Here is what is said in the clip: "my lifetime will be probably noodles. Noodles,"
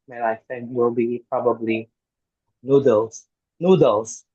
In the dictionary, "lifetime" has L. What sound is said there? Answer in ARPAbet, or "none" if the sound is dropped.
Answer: N